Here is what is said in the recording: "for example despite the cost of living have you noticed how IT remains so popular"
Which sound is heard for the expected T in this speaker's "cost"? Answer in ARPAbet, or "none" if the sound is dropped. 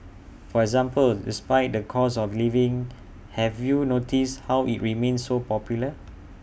none